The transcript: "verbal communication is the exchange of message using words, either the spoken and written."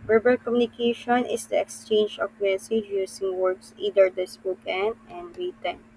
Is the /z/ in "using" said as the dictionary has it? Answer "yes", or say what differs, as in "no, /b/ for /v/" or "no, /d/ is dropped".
no, /s/ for /z/